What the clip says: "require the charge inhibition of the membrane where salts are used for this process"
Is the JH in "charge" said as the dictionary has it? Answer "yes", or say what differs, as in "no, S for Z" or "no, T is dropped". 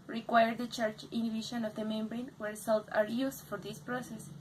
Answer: no, CH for JH